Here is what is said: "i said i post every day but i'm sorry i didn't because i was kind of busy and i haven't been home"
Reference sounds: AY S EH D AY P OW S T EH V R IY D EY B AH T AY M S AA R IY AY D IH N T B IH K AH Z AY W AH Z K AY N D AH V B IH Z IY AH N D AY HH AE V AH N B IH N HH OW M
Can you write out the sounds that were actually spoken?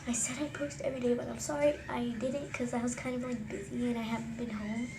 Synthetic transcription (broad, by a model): AY S EH D AY P OW S T EH V R IY D EY B AH T AY M S AA R IY AY D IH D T K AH Z AY W AH Z K AY N D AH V B IH Z IY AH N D AY HH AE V N B IH N HH OW M